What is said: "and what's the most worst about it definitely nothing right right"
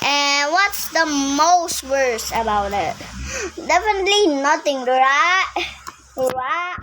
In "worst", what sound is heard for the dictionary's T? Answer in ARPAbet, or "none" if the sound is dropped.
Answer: none